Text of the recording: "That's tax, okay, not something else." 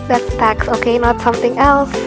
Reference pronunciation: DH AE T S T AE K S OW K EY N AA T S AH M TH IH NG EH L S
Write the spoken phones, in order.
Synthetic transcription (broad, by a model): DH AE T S T AE K S OW K EY N AA T S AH M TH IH NG EH L S